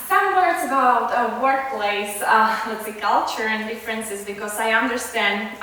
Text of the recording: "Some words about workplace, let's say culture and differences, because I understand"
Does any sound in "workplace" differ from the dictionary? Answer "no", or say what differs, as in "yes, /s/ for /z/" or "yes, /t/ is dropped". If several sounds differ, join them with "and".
no